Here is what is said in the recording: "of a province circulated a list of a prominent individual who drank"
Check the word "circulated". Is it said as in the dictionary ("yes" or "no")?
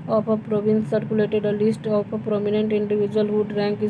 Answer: yes